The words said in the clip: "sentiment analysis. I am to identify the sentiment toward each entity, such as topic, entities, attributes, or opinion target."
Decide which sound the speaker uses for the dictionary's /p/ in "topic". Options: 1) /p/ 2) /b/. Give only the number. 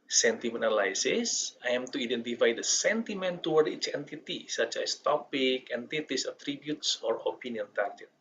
1